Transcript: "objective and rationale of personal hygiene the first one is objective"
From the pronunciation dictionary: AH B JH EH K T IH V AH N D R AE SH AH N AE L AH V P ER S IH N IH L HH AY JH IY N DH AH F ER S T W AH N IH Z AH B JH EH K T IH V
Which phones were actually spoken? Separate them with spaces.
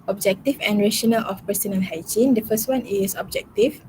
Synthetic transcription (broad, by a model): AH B JH EH K T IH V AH N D R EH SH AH N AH L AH F P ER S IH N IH N HH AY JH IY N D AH F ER S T W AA N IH S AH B JH EH K T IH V